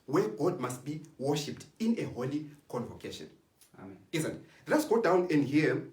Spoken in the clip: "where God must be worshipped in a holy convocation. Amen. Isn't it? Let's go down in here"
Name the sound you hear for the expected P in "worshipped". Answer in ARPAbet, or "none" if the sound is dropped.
P